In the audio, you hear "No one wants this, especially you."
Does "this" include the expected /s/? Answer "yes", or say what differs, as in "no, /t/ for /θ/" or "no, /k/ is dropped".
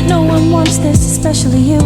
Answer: yes